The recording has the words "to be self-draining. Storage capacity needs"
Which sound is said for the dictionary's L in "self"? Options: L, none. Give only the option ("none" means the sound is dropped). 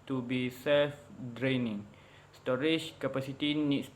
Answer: L